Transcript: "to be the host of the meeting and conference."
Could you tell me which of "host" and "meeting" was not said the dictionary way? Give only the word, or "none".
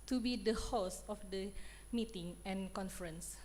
host